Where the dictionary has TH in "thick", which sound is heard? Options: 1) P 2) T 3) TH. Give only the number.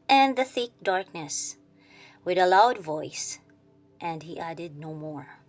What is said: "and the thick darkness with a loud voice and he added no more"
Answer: 3